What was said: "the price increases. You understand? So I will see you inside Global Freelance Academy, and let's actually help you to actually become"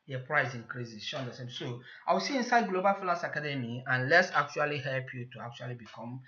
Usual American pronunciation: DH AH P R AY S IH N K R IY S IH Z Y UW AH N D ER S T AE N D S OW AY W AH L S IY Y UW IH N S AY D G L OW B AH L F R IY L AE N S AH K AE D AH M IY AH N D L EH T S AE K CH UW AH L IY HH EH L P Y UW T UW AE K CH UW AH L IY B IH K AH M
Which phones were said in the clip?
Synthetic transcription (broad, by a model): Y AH P R AY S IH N K R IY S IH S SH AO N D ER S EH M S OW AY W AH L S IY IH N S AY D G L OW B AH L F IY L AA S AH K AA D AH M IY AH N L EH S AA K CH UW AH L IY HH EH L P Y UW T UW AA K CH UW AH L IY B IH K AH M